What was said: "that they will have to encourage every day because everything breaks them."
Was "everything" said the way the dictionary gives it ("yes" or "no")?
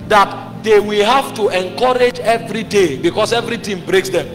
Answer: no